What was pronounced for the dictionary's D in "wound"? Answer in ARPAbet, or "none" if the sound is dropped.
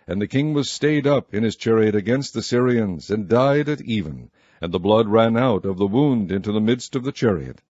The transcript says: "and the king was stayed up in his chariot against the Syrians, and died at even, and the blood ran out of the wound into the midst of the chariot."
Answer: D